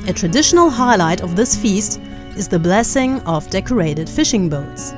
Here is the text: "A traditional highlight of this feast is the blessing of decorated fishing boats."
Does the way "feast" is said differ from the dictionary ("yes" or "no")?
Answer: no